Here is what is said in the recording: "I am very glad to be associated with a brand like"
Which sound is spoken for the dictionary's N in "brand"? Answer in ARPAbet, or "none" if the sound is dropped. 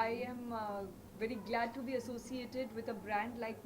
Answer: N